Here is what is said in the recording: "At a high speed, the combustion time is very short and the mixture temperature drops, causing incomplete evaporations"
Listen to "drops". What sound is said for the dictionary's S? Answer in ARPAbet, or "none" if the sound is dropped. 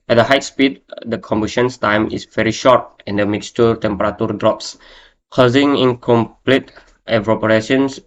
S